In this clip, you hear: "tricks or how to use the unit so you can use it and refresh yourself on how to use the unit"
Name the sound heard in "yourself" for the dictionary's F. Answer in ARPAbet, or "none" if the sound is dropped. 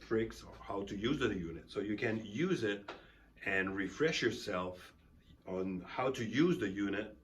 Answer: F